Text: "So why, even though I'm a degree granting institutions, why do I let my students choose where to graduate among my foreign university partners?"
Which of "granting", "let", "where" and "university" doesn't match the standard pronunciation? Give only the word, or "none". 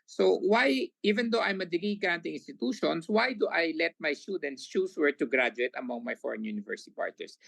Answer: granting